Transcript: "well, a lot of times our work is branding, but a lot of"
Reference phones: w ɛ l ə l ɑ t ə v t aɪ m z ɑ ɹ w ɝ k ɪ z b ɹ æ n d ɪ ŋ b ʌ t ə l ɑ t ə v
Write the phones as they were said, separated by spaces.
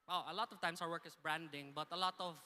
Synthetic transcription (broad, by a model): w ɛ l ə l ɑ t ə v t aɪ m s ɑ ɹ w ɝ k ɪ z b ɹ æ n d ɪ ŋ b ʌ t ə l ɑ t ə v